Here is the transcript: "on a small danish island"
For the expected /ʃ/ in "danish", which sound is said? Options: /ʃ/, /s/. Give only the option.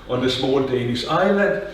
/s/